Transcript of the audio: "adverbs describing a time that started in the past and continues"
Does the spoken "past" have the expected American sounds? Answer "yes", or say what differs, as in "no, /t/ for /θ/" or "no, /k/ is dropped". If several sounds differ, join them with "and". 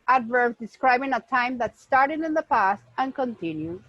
yes